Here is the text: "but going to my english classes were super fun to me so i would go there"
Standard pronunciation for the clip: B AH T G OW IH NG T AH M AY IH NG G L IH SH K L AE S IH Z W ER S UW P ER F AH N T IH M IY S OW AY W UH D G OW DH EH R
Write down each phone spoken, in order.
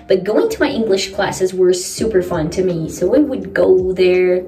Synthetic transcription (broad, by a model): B AH T G OW IH NG T AH M AY IH NG G L IH SH K L AE S IH Z W ER S UW P ER F AH N T IH M IY S OW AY W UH D G OW DH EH R